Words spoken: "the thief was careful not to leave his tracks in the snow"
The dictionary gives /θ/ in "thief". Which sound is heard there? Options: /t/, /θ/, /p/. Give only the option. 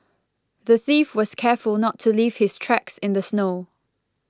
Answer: /θ/